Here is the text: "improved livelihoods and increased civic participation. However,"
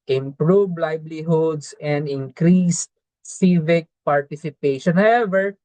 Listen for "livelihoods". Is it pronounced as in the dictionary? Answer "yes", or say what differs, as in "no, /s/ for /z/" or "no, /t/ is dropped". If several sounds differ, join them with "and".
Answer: no, /b/ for /v/ and /s/ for /z/